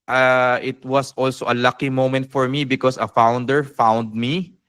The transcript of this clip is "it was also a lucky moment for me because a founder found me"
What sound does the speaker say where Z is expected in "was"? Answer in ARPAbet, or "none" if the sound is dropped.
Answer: S